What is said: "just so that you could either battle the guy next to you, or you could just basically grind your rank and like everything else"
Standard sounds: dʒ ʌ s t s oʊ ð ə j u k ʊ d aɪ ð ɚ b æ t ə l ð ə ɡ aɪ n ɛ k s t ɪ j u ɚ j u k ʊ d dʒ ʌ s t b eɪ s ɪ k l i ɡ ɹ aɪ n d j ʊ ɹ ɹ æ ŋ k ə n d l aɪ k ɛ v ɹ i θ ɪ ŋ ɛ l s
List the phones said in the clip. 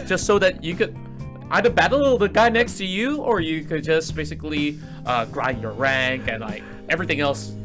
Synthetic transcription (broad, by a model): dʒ ʌ s t s oʊ ð ə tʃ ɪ k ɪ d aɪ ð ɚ b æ t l ð ə ɡ aɪ n ɛ k s t ɪ j u ɚ j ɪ k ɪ d dʒ ʌ s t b eɪ s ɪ k l i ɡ ɹ aɪ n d j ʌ ɹ ɹ æ ŋ k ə n l aɪ k ɛ v ɹ i θ ɪ ŋ ɛ l s